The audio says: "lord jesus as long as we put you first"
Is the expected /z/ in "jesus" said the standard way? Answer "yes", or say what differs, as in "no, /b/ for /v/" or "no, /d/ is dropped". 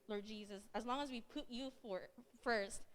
yes